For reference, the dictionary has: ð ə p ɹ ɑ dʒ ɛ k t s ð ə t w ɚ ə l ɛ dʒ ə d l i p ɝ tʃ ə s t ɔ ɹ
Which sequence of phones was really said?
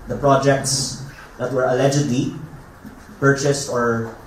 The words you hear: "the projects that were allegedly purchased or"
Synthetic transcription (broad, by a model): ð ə p ɹ ɑ dʒ ɛ k t s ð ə t w ɚ ə l ɛ dʒ ə d l i p ɝ tʃ ə s t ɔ ɹ